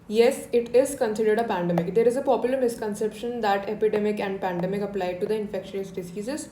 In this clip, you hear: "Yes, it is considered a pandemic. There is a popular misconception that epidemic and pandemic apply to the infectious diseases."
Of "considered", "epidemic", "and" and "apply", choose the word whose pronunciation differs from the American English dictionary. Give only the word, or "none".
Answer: none